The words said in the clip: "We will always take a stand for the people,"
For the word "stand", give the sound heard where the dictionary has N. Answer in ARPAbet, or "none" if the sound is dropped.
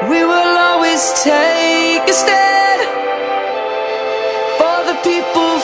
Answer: none